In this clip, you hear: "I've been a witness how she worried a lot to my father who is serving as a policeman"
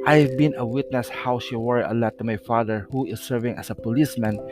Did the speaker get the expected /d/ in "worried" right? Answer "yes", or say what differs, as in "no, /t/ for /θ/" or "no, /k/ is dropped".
no, /d/ is dropped